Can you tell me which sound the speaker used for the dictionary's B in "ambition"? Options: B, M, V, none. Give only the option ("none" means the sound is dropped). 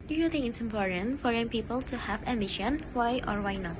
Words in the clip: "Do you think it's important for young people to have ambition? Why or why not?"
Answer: none